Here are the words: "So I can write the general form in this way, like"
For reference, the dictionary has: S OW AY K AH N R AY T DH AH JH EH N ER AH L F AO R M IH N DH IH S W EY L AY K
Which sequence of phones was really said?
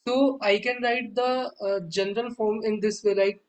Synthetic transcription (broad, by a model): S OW AY K AH N R AY T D AH JH EH N ER AH L F AO R M IH N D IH S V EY L AY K